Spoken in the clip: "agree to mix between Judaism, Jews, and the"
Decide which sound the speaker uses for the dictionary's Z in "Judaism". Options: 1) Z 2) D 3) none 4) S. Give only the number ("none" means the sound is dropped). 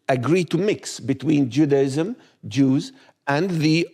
1